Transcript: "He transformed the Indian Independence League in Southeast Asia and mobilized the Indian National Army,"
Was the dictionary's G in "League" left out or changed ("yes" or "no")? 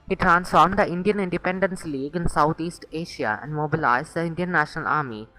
no